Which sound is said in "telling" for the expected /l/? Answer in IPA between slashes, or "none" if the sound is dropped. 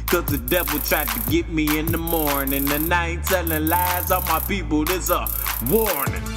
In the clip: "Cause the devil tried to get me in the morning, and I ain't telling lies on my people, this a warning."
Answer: /n/